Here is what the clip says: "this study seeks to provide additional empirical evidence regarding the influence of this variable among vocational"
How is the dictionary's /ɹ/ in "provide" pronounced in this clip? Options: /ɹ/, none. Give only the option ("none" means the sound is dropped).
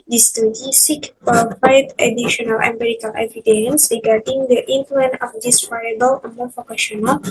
none